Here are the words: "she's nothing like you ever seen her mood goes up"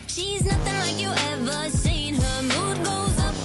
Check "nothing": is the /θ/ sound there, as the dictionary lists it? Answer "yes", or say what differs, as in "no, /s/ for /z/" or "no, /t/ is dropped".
yes